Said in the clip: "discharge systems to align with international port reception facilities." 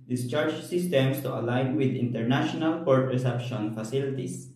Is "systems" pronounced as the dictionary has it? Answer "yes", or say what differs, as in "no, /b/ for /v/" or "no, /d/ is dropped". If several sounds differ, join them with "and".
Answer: no, /s/ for /z/